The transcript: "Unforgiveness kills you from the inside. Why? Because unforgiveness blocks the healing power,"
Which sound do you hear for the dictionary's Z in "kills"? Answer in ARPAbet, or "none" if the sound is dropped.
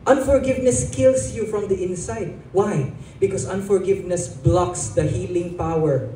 S